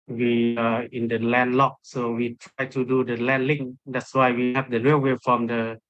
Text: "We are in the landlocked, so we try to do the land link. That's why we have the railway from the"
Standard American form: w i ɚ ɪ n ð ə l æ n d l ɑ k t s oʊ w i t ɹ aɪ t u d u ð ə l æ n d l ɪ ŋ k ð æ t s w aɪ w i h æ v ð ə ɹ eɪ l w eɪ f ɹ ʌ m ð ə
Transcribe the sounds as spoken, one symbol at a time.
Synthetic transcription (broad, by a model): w i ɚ ɪ n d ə l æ n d l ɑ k s oʊ w i t ɹ aɪ t u d u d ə l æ n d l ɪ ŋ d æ t s w aɪ w i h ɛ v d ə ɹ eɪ w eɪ f ɹ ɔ m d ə